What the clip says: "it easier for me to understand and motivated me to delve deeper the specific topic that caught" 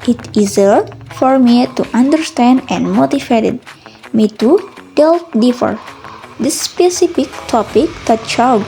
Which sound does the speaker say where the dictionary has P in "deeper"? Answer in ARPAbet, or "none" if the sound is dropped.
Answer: F